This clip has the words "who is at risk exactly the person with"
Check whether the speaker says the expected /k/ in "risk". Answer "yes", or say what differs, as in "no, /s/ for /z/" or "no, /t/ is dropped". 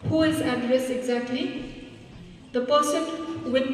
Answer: no, /k/ is dropped